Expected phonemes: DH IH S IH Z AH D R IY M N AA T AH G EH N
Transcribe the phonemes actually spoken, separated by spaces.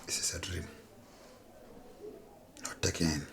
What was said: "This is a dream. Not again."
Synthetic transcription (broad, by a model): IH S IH S AH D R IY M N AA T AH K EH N